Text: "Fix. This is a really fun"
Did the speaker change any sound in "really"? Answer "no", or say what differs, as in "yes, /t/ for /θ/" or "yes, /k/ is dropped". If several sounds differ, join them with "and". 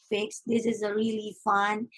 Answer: no